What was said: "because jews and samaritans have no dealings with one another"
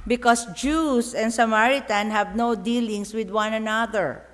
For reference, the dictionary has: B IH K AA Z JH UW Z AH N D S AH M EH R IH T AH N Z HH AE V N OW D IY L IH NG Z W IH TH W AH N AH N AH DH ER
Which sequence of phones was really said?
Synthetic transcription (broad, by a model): B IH K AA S JH UW S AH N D S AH M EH R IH T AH N HH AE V N OW D IY L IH NG S W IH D W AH N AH N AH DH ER